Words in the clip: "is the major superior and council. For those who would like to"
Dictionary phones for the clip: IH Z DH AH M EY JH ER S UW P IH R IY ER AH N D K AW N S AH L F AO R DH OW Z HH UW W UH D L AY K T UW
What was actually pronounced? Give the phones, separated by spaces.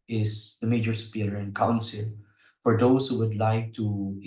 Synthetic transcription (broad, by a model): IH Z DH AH M EY JH ER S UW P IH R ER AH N K AW N S AH L F AO R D OW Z HH UW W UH D L AY K T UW